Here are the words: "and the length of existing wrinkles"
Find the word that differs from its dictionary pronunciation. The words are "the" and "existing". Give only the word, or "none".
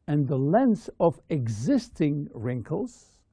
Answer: none